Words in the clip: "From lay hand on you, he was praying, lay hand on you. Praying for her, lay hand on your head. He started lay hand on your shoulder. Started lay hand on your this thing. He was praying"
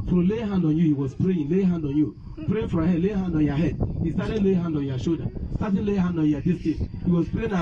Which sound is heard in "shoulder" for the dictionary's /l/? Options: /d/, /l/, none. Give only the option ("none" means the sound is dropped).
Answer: none